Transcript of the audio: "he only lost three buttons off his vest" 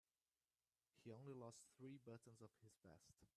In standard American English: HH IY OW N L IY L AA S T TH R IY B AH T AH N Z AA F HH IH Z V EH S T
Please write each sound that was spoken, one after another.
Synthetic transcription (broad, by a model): HH IY OW N L IY L AA S T TH R IY B AH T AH N Z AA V HH IH Z B EH S T